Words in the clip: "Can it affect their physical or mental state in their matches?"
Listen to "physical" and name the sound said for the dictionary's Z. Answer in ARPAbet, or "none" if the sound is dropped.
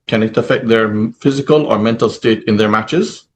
Z